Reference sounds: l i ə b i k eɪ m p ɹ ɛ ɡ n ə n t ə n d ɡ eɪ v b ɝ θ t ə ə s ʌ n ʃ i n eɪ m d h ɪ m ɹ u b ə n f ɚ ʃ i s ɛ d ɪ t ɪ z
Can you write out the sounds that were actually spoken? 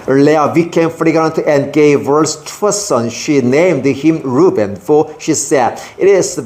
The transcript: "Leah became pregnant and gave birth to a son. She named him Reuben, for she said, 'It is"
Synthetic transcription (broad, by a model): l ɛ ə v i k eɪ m f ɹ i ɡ ə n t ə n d ɡ eɪ v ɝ s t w ə s ʌ n ʃ i n eɪ m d h ɪ m ɹ u b ə n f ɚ ʃ i s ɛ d ɪ t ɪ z